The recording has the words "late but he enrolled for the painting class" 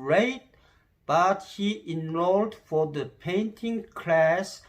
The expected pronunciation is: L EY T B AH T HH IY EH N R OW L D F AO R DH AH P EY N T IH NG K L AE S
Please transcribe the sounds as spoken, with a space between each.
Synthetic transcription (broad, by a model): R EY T B AH T HH IY EH N R OW L D F AO R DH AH P EY N T IH NG K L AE S